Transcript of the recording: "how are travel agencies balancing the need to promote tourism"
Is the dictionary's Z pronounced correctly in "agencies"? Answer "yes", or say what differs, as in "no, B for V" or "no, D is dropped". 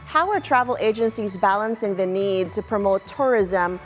yes